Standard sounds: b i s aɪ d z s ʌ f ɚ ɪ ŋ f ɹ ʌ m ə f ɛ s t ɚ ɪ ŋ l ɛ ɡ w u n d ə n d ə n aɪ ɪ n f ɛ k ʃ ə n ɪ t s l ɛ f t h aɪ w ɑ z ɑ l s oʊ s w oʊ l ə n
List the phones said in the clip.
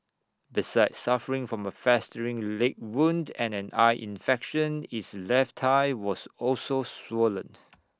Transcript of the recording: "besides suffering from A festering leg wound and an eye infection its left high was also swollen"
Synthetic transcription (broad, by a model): b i s aɪ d s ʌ f ɚ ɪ ŋ f ɹ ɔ m ə f ɛ s t ɚ ɪ ŋ l ɛ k w u n d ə n ə n aɪ ɪ n f ɛ k ʃ ə n ɪ t s l ɛ f t aɪ w ɑ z ɑ l s oʊ s w oʊ l ə n